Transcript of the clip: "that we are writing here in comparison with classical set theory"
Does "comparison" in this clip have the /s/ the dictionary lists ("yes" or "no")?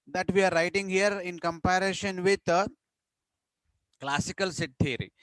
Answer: no